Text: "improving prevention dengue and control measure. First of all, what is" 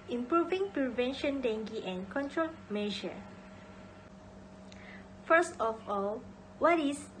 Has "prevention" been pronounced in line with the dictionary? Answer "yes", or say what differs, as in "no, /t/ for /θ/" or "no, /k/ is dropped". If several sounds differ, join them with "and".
yes